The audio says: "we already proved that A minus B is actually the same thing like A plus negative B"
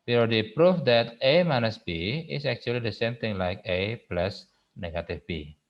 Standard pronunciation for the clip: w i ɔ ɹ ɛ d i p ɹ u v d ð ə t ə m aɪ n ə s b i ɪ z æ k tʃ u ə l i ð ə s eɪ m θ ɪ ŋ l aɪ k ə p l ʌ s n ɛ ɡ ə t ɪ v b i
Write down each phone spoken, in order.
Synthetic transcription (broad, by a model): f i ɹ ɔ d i p ɹ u f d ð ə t ə m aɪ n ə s b i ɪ s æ k tʃ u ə l i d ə s eɪ m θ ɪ ŋ l aɪ k ə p l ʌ s n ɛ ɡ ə t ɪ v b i